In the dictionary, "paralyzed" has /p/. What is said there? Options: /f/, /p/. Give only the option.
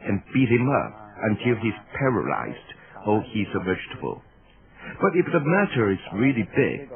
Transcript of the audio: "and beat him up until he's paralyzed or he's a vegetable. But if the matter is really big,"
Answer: /p/